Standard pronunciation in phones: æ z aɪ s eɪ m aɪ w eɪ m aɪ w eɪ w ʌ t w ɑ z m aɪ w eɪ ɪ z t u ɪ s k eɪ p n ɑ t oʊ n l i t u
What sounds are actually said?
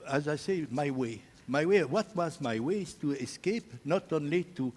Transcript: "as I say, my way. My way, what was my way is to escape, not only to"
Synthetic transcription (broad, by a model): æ z aɪ s eɪ m aɪ w eɪ m aɪ w eɪ w ʌ t w ɑ z m aɪ w eɪ ɪ z t u ɪ s k eɪ p n ɑ t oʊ n l i t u